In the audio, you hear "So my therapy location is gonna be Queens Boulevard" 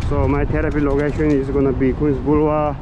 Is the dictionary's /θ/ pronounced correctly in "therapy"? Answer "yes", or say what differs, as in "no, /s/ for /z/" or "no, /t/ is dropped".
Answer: no, /t/ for /θ/